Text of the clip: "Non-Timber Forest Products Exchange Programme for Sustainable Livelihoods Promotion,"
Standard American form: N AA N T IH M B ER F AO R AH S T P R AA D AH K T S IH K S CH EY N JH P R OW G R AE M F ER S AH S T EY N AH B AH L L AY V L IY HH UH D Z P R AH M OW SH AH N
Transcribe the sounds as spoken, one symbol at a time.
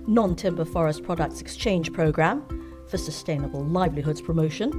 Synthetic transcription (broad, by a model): N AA N T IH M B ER F AO R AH S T P R AA D AH K T S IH K S CH EY N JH P R OW G R AE M F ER S AH S T EY N AH B AH L L AY V L IY HH UH D Z P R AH M OW SH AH N